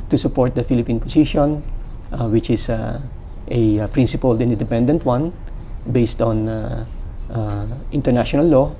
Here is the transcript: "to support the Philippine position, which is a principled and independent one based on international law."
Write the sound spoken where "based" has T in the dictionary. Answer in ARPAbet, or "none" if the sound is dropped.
T